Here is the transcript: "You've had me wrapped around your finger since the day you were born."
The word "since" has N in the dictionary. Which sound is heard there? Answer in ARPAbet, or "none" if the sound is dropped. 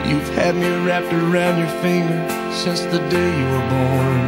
none